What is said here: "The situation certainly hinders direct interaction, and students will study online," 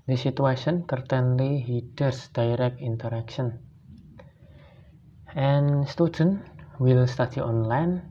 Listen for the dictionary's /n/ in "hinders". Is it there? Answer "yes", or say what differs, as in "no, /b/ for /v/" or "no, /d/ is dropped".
no, /n/ is dropped